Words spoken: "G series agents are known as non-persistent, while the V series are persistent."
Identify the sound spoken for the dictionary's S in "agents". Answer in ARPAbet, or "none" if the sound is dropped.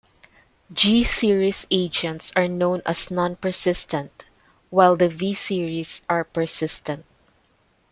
S